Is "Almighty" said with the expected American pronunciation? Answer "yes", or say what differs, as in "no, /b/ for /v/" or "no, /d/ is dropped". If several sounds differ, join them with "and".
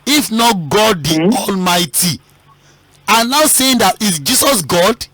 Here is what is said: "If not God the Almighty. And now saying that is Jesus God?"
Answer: yes